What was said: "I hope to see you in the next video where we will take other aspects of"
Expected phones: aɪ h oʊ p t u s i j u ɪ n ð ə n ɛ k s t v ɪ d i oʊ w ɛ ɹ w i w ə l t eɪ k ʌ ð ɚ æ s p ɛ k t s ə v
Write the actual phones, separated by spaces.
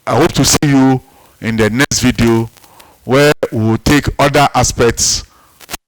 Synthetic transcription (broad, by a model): aɪ h oʊ p t u s i j u ɪ n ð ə n ɛ k s t v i d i oʊ w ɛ w i w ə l t eɪ k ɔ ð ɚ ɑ s p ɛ k t s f